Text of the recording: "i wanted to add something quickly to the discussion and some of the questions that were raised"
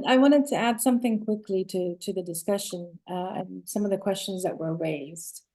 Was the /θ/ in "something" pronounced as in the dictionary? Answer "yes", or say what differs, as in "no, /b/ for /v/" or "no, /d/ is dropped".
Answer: yes